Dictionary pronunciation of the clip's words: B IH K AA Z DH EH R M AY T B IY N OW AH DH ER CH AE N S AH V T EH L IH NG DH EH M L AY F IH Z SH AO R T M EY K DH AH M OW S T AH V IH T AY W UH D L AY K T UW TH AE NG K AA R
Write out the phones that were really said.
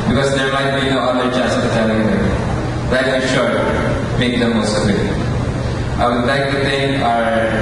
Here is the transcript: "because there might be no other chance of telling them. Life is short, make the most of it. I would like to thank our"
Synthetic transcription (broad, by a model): B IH K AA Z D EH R M AY T B IY N OW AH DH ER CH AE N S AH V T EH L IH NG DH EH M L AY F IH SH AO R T M EY K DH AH M OW S T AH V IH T AY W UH D L AY K T UW T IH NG K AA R